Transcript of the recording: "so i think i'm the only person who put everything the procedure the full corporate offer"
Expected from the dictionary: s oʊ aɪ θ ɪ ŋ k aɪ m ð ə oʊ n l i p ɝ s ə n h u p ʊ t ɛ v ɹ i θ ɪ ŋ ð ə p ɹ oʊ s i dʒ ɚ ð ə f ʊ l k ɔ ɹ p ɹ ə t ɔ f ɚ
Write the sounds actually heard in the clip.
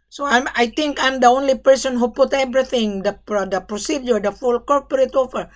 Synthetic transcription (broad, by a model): s oʊ aɪ t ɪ ŋ k aɪ m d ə oʊ n l i p ɝ s ə n h u p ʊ t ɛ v ɹ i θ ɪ ŋ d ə p ɹ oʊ s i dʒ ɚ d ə f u l k ɔ ɹ p ɹ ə t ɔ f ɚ